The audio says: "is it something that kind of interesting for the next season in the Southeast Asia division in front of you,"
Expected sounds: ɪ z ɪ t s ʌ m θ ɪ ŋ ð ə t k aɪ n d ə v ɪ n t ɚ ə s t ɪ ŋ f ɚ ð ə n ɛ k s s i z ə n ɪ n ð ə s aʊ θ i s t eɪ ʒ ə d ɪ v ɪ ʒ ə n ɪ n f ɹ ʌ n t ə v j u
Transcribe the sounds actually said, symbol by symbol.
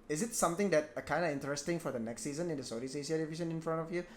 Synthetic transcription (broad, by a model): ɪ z ɪ t s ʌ m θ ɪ ŋ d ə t k aɪ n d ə ɪ n t ɚ ə s t ɪ ŋ f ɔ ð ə n ɛ k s s i z ə n ɪ n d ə s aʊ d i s eɪ s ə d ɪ v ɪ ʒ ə n ɪ n f ɹ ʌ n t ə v j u